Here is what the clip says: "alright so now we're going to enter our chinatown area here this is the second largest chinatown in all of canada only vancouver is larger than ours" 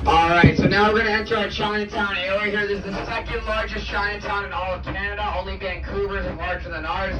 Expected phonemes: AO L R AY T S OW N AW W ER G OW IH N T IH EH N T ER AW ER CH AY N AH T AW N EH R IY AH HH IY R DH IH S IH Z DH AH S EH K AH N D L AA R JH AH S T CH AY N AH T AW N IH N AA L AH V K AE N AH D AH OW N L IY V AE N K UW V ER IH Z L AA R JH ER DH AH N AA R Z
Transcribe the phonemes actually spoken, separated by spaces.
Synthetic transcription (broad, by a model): AO L R AY T S OW N AW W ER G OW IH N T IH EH N S ER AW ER CH AY N AH T AW N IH IY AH HH IY R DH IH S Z DH AH S EH K AH N D L AA R JH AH S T CH AY N AH T AW N IH N AA L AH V K AE N AH D AH OW N L IY B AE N K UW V ER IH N L AA R JH ER DH AH N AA R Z